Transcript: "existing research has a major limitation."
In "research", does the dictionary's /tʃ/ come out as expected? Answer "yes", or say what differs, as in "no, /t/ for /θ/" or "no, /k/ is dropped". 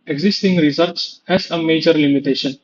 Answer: no, /s/ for /tʃ/